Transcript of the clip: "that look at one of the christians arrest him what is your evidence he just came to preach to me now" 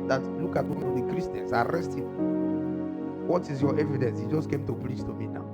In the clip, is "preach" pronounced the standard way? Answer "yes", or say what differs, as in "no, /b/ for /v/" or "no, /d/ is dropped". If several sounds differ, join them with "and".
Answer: no, /l/ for /ɹ/ and /s/ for /tʃ/